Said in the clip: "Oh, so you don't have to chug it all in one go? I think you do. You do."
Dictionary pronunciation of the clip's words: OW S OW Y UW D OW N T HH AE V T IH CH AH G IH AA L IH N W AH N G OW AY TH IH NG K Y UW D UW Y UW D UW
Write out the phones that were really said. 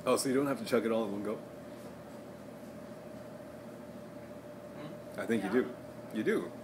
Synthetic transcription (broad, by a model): OW S OW Y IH D OW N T HH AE F T IH CH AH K IH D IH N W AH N G OW AY TH IH NG K Y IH D UW Y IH D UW